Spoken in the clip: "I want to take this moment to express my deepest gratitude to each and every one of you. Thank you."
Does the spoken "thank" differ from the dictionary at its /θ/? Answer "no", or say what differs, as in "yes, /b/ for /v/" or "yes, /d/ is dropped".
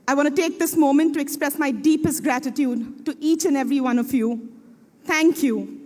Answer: yes, /t/ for /θ/